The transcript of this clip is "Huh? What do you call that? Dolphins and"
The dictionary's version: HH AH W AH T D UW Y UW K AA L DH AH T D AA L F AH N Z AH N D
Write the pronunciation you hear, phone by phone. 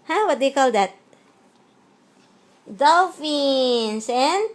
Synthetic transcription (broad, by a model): HH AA W AH T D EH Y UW K AA L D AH T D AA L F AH N S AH N